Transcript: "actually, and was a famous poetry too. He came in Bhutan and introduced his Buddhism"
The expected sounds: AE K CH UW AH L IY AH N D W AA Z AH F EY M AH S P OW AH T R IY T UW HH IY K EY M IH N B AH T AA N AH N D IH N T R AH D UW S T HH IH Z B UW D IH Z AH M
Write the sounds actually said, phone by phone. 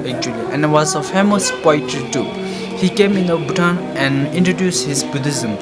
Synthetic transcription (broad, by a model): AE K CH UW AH L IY AH N D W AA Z AH F EY M AH S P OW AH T IY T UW HH IY K EY M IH N B AH T AA N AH N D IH N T R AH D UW S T HH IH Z B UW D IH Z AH M